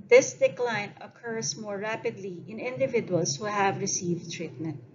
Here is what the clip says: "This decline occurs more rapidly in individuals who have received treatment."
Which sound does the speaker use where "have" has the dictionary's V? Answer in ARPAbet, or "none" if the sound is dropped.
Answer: V